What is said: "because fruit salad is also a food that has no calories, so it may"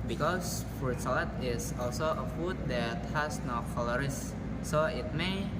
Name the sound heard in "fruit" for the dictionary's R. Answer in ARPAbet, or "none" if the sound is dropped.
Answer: none